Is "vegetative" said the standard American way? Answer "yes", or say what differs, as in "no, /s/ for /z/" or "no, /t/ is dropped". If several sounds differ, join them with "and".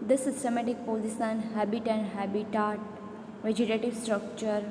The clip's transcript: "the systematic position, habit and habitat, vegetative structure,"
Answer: yes